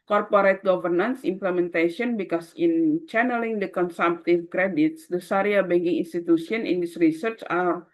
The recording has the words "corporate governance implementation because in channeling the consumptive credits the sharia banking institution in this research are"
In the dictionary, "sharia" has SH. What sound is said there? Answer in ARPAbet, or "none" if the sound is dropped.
S